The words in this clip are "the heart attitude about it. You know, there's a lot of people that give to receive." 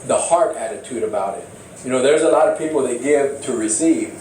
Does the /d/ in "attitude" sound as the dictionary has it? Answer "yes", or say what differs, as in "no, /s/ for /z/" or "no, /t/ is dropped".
yes